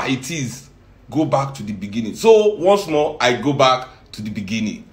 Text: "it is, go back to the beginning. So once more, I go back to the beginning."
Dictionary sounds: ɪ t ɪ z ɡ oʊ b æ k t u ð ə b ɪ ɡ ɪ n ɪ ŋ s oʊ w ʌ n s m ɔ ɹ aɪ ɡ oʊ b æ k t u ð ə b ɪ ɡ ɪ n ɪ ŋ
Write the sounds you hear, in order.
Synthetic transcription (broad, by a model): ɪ t ɪ z ɡ oʊ b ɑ k t u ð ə b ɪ ɡ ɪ n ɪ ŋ s oʊ w ʌ n s m ɔ aɪ ɡ oʊ b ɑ k t u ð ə b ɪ ɡ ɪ n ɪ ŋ